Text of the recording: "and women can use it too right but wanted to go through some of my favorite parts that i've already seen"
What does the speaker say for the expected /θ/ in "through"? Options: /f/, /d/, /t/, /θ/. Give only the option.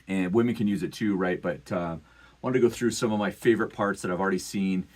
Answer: /θ/